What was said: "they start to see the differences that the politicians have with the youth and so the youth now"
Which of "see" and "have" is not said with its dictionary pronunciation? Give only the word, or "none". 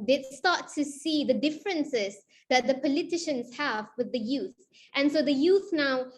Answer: none